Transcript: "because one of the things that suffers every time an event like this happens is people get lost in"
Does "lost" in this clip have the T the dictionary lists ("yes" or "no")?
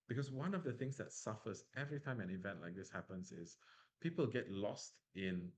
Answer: yes